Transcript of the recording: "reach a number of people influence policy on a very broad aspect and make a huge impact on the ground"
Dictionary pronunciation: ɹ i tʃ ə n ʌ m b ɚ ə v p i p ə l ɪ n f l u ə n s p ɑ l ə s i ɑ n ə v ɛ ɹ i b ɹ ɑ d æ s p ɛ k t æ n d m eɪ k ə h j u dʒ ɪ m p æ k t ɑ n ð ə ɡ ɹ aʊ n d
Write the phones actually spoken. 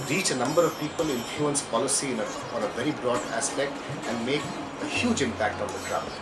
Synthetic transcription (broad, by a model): ɹ i tʃ ə n ʌ m b ɚ ə v p i p ə l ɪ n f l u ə n s p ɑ l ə s i ɑ n ə v ɛ ɹ i b ɹ ɑ d æ s p ɛ k t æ n d m eɪ k ə h j u dʒ ɪ m p æ k t ɑ n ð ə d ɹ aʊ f